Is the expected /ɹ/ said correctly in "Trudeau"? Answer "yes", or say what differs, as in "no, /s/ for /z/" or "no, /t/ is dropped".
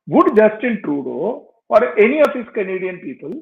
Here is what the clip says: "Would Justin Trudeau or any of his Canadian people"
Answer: yes